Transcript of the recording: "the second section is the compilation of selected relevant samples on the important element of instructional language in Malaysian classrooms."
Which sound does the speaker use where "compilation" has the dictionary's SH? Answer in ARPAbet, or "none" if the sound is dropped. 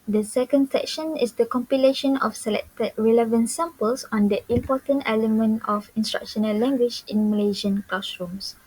SH